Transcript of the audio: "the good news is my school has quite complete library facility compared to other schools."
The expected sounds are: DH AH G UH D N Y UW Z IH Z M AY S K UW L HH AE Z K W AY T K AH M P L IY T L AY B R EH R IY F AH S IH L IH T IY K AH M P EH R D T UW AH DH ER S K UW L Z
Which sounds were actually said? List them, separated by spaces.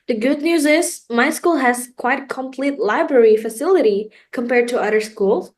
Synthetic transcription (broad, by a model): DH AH G UH D N Y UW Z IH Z M AY S K UW L HH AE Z K W AY T K AH M P L IY T L AY B R EH R IY F AH S IH L IH T IY K AH M P EH R D T UW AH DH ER S K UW L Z